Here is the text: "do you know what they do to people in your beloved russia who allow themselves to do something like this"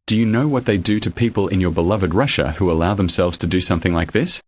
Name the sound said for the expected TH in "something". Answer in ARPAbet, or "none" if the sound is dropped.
TH